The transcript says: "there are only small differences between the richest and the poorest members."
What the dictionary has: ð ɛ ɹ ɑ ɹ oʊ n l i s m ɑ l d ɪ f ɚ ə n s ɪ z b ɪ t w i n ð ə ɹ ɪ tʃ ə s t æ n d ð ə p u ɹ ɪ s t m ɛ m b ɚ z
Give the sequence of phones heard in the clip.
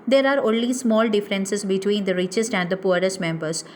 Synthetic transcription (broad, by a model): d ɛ ɹ ɑ ɹ oʊ n l i s m ɑ l d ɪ f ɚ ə n s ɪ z b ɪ t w i n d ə ɹ ɪ tʃ ə s t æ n d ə p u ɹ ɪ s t m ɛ m b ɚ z